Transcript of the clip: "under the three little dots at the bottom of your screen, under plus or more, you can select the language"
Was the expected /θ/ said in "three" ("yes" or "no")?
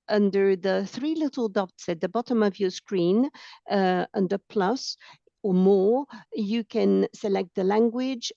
yes